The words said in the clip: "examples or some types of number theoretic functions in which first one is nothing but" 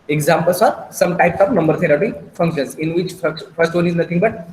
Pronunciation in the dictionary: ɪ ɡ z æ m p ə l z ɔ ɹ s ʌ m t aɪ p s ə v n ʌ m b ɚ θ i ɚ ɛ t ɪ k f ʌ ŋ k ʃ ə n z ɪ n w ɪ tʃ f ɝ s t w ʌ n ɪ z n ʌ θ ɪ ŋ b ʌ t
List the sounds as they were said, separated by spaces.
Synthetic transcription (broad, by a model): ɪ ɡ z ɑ m p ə l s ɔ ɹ s ʌ m t aɪ p s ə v n ʌ m b ɚ t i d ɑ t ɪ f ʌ ŋ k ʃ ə n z ɪ n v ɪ tʃ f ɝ s t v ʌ n ɪ z n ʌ t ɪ ŋ b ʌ t